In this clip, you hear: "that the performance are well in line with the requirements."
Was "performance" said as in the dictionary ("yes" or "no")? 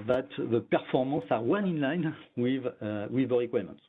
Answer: no